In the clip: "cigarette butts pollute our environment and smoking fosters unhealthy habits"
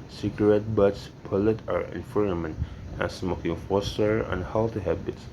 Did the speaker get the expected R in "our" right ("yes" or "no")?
yes